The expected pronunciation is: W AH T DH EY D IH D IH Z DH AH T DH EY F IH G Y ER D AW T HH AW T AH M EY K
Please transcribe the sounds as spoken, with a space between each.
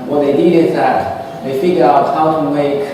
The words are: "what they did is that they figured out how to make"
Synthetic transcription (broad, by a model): W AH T DH EY D IH D IH Z DH AH T DH EY F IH G Y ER AW T HH AW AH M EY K